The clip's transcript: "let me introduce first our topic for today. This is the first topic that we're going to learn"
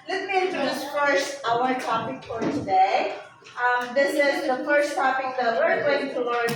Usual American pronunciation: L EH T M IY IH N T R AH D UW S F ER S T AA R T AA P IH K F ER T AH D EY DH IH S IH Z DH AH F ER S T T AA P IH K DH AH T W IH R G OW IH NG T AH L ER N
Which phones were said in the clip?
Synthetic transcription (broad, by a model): L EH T M IY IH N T AH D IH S F ER S T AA W T AA P IH K F ER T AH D EY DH IH S IH Z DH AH F ER S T T AA P IH K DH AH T W IH R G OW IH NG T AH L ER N